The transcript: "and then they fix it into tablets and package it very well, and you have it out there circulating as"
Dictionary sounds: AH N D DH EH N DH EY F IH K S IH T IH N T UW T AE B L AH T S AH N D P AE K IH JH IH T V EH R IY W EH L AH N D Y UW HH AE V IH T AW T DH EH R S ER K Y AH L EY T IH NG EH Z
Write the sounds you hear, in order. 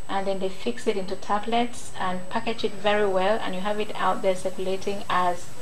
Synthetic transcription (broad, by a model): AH N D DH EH N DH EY F IH K S IH T IH N T UW T AE B L AH T S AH N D P AE K IH JH IH T V EH R IY W EH L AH N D Y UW HH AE V IH T AW T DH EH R S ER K Y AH L EY T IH NG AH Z